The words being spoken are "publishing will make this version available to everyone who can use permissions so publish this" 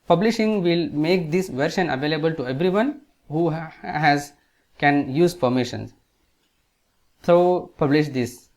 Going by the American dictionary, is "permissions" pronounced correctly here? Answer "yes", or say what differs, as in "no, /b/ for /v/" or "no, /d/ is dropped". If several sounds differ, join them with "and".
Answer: no, /f/ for /p/